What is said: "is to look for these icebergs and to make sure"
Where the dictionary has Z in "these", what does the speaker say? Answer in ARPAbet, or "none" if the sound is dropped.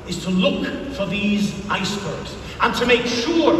Z